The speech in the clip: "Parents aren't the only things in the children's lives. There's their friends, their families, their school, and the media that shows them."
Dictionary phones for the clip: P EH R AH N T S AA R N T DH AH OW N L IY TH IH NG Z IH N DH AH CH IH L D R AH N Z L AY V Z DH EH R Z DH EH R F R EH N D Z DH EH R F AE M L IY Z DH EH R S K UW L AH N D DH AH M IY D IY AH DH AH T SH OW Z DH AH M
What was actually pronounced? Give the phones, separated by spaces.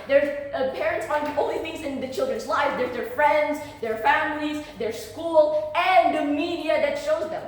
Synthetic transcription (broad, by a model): P EH R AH N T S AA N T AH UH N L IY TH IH NG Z IH N DH AH CH IH L D R AH N Z L AY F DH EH R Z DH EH R F R EH N D Z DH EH R F AE M L IY Z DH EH R S K UW L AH N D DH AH M IY D IY AH DH AH T SH OW Z DH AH M